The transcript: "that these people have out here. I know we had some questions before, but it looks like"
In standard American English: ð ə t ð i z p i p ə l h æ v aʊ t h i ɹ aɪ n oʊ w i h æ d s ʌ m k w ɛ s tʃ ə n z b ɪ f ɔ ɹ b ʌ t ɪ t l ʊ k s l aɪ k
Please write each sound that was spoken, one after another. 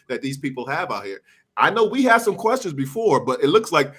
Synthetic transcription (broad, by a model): ð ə t ð i z p i p l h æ v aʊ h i ɹ aɪ n oʊ w i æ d s ʌ m k w ɛ s tʃ ə n z b ɪ f ɔ ɹ b ʌ t ɪ t l ʊ k s l aɪ k